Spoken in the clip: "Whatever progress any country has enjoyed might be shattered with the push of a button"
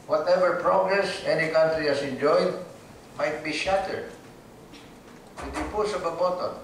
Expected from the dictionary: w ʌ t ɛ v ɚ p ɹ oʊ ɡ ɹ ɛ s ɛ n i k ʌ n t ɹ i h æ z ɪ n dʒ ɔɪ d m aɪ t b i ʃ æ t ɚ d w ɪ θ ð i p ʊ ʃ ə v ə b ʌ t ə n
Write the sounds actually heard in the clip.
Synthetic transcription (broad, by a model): w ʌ t ɛ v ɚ p ɹ oʊ ɡ ɹ ɛ s ɛ n i k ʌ n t ɹ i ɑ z ɪ n dʒ ɔɪ d m aɪ t b i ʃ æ t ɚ d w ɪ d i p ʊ s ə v ə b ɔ t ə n